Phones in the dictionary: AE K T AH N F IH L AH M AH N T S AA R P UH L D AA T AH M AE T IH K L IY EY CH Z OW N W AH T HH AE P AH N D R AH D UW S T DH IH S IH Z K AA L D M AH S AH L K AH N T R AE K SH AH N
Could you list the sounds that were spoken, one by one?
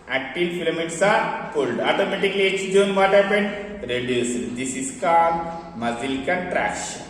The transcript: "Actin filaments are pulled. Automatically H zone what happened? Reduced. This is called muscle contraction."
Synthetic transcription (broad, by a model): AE K T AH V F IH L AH M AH T S AA R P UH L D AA T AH M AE T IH K L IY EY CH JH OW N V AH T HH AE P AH N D R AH D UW S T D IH S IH S K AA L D M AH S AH L K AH T R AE K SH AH N